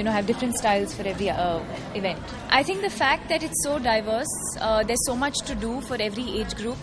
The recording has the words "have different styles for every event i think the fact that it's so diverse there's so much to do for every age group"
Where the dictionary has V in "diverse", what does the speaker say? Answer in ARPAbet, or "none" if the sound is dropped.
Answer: V